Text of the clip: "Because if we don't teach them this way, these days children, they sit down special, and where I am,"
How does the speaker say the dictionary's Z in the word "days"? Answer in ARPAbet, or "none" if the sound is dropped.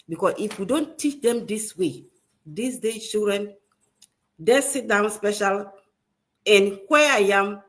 none